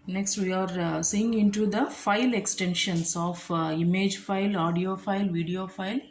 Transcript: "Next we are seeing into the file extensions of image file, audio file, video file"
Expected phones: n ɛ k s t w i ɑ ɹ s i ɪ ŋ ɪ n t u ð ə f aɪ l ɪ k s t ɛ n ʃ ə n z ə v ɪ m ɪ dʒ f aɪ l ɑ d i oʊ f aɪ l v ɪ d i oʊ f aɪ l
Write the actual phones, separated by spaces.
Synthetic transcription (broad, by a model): n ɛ k s t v i ɑ ɹ s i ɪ ŋ ɪ n t u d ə f aɪ l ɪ k s t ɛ n ʃ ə n s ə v ɪ m ɪ dʒ f aɪ l ɑ d i oʊ f aɪ l v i d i oʊ f aɪ l